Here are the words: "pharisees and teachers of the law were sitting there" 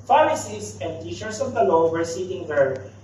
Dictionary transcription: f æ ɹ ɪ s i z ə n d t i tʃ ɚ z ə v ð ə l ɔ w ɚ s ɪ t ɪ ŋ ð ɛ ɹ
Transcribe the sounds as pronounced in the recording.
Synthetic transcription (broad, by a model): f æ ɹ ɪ s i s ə n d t i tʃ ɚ s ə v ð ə l ɔ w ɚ s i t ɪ ŋ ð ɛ ɹ